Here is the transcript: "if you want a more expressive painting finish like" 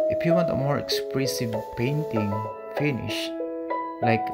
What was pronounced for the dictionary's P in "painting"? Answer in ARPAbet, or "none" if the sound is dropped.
P